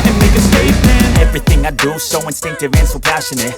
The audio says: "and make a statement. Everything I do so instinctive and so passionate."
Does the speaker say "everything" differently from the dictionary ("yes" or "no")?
no